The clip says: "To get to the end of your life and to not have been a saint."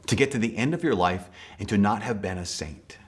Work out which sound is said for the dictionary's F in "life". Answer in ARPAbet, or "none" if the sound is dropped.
F